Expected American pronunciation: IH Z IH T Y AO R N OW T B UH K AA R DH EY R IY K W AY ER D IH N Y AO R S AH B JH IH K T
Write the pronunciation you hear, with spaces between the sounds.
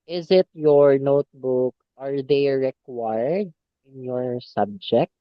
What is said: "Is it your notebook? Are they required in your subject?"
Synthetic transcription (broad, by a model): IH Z IH T Y AO R N OW T B UH K AA R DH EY R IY K W AY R D IH N Y AO R S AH B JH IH K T